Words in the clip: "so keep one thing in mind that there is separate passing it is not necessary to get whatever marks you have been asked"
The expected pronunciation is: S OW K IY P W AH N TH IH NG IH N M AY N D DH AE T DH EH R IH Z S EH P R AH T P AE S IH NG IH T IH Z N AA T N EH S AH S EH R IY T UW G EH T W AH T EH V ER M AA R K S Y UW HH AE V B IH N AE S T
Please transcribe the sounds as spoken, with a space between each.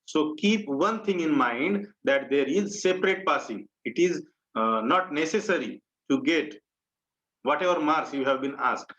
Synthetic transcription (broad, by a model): S OW K IY P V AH N T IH NG IH N M AY N D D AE T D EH R IH Z S EH P R AH T P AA S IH NG IH T IH Z N AA T N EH S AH S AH R IY T UW G EH T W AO T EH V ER M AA R S Y UW HH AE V B IH N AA S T